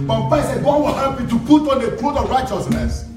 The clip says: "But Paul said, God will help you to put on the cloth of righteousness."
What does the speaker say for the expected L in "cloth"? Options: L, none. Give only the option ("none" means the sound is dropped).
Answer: none